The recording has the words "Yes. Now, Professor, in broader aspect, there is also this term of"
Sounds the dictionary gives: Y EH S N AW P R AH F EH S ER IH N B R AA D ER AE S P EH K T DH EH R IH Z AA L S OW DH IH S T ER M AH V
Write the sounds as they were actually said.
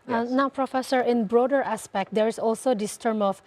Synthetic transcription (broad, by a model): N AW P R AH F EH S ER IH N B R AA D ER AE S P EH K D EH R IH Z AA L S OW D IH S T ER M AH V